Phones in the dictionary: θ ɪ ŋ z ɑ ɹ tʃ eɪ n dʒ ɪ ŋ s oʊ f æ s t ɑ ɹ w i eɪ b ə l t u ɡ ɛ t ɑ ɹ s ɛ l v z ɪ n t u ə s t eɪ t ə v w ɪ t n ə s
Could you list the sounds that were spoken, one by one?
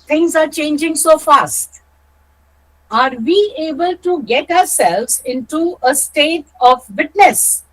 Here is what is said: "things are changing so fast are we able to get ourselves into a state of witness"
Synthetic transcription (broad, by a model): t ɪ ŋ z ɑ ɹ tʃ eɪ n dʒ ɪ ŋ s oʊ f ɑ s t ɑ ɹ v i eɪ b ə l t u ɡ ɛ t ɑ ɹ s ɛ l v z ɪ n t u ə s t eɪ t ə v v ɪ t n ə s